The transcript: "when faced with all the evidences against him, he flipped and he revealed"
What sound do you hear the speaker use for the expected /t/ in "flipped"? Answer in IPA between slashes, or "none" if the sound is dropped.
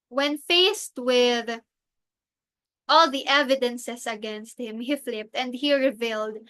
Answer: /t/